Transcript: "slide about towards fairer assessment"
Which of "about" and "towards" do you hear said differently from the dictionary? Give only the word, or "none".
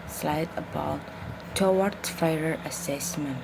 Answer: towards